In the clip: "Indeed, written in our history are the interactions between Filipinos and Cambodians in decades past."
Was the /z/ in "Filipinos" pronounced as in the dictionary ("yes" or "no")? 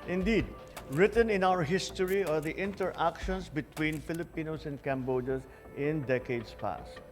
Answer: no